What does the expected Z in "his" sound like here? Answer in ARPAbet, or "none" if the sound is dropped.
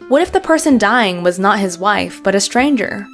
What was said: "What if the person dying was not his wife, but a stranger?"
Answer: Z